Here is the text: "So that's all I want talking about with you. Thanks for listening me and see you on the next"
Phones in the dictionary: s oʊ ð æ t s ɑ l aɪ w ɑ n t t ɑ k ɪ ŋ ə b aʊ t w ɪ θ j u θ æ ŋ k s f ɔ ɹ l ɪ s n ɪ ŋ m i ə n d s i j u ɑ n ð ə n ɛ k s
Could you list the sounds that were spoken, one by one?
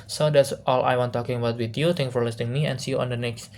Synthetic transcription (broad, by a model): s oʊ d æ t s ɑ l aɪ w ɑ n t t ɑ k ɪ ŋ ə b aʊ t w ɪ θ j u t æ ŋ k f ɔ ɹ l ɪ s n ɪ ŋ m i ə n s i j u ɑ n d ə n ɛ k s